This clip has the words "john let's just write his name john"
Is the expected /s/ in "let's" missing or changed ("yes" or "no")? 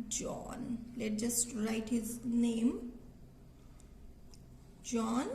yes